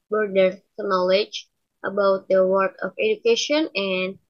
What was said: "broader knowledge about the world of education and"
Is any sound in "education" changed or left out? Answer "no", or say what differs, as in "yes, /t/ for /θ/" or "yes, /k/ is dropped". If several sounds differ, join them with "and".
no